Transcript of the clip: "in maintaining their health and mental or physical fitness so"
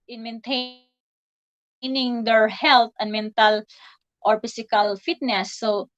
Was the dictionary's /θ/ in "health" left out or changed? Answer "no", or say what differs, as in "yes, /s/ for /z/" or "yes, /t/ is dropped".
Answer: yes, /t/ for /θ/